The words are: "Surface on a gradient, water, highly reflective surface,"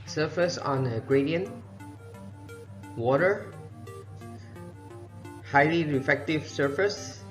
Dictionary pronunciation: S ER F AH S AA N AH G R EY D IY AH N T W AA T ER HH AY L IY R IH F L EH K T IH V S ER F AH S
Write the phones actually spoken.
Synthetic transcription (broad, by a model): S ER F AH S AA N AH G R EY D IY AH N W AA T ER HH AY L IY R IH F EH K T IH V S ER F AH S